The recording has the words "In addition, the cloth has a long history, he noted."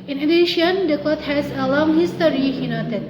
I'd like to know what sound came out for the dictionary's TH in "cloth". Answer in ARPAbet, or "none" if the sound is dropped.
T